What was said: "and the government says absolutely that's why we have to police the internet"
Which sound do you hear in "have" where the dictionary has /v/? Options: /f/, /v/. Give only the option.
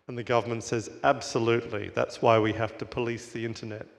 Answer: /f/